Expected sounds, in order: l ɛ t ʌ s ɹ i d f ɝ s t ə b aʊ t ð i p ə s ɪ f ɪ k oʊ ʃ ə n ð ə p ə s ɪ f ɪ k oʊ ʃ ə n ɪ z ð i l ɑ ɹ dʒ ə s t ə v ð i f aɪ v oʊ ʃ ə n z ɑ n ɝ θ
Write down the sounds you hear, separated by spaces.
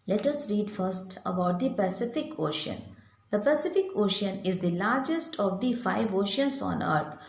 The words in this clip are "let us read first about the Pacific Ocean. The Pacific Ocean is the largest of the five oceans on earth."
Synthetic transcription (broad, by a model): l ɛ t ʌ s ɹ i d f ɝ s t ə b aʊ t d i p ə s ɪ f ɪ k oʊ ʃ ə n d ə p ə s ɪ f ɪ k oʊ ʃ ə n ɪ z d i l ɑ ɹ dʒ ə s t ə v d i f aɪ v oʊ ʃ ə n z ɑ n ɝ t